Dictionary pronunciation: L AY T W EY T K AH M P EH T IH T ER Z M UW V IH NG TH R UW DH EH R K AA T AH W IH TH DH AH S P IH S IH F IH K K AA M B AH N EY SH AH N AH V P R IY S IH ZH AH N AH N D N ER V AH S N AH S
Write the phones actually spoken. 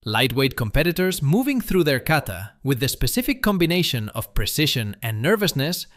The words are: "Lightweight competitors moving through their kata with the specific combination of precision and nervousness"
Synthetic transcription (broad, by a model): L AY T W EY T K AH M P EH T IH T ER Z M UW V IH NG TH R UW DH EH R K AA T AH W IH DH AH S P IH S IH F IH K K AA M B AH N EY SH AH N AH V P R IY S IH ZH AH N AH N N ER V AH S N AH S